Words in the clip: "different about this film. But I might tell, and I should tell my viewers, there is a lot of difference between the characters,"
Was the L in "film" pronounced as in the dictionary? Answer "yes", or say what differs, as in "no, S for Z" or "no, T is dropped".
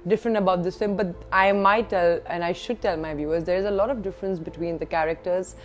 no, L is dropped